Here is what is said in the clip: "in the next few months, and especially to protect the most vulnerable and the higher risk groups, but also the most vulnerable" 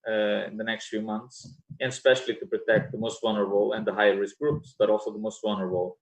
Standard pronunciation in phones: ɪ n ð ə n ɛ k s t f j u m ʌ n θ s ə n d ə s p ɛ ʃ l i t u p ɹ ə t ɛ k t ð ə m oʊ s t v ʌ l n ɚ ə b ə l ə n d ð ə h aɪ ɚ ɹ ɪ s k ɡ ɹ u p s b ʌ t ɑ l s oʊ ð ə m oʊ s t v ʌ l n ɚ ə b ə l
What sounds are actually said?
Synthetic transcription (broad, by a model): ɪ n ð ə n ɛ k s t f j u m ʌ n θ s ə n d s p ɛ ʃ l i t u p ɹ ə t ɛ k t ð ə m oʊ s t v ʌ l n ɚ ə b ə l ə n d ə h aɪ ɚ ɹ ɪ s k ɡ ɹ u p s b ʌ t ɑ l s oʊ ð ə m oʊ s t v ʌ l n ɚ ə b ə l